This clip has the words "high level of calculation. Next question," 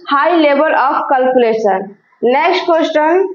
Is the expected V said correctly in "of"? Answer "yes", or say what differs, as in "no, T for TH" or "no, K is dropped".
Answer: no, P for V